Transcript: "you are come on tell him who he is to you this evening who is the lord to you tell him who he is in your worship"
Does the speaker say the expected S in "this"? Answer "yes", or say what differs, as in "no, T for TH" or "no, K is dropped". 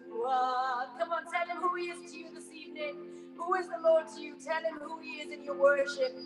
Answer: yes